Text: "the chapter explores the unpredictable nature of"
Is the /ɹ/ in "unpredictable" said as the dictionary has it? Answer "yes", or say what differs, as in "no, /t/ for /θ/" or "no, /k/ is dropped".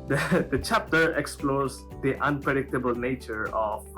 yes